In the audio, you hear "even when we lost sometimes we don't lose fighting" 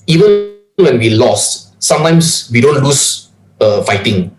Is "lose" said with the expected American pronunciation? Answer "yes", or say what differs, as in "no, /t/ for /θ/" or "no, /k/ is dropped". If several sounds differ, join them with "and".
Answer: no, /s/ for /z/